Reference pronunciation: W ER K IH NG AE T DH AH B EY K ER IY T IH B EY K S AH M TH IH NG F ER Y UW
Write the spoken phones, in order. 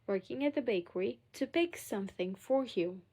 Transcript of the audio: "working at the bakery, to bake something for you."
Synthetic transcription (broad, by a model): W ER K IH NG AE T DH AH B EY K ER IY T IH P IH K S AH M TH IH NG F ER Y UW